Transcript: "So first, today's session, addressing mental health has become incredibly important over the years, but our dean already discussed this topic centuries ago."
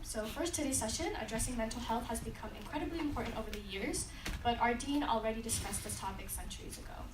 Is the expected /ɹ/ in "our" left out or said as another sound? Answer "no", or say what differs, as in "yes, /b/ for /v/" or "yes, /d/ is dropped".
no